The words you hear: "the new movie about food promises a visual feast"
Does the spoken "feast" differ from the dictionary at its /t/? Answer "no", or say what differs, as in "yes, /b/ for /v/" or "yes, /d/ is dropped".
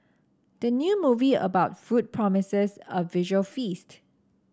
no